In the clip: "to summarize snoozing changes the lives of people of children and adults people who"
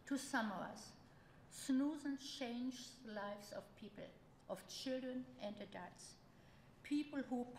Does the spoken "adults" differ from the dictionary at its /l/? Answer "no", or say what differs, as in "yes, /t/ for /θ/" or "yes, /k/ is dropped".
yes, /l/ is dropped